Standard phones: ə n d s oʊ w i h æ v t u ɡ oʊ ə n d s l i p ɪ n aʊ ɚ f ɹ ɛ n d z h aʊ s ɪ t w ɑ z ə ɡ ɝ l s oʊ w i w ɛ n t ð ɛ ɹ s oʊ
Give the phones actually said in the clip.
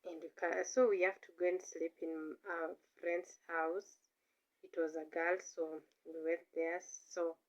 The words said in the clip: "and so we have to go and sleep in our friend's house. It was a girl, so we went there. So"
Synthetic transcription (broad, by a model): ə n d s oʊ w i h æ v t u ɡ oʊ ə n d s l i p ɪ n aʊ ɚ f ɹ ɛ n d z h aʊ s ɪ t w ɑ z ə ɡ ɝ l s oʊ w i w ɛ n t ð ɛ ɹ s oʊ